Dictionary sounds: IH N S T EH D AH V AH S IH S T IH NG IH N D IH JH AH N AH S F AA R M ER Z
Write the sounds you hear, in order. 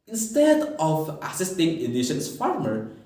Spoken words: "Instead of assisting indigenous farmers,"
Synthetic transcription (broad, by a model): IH N S T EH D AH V AH S IH S T IH NG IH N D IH SH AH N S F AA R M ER